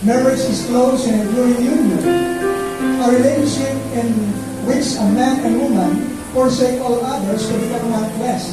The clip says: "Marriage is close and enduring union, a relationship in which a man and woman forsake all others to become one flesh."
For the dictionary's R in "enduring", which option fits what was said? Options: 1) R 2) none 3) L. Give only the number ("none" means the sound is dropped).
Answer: 2